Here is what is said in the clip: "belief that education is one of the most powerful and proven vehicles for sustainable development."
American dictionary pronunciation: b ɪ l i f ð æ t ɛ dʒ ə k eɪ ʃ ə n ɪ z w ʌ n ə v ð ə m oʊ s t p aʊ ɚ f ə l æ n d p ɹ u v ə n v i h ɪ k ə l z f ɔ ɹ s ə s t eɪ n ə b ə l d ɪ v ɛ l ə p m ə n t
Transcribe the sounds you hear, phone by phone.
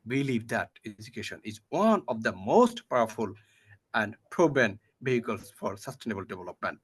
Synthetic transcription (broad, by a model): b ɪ l i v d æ t ɛ dʒ ə k eɪ ʃ ə n ɪ z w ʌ n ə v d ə m oʊ s t p aʊ ɚ f ə l æ n d p ɹ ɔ b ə n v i h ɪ k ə l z f ɔ ɹ s ə s t eɪ n ə b ə l d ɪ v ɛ l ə p m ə n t